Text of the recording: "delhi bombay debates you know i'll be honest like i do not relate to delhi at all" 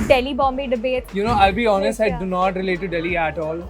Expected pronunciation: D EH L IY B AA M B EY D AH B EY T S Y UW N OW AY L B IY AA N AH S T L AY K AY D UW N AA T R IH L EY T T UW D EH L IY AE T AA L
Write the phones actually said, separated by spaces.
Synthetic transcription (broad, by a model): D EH L IY B AA M B EY D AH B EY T Y UW N OW AY L B IY AA N AH S T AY AY D UW N AA T R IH L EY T T UW D EH L IY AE T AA L